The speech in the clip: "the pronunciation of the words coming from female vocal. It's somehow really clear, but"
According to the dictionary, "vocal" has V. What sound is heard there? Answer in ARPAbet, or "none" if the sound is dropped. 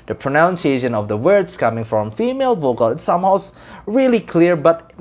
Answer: V